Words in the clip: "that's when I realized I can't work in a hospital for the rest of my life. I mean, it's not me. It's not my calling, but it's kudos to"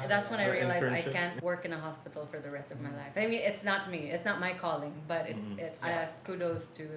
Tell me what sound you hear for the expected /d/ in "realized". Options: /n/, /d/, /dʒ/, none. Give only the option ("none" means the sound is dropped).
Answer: none